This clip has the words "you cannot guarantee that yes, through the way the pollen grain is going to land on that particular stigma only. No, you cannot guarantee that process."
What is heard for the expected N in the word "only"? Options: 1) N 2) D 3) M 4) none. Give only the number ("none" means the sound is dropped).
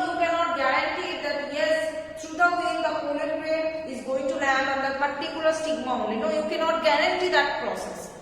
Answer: 4